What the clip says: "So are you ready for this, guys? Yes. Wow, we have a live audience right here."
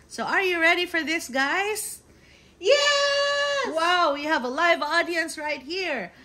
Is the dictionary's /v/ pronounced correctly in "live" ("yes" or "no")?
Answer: yes